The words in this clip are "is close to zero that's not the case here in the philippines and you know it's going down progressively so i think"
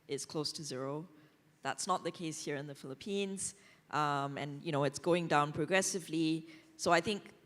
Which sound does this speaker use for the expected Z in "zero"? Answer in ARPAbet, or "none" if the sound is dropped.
Z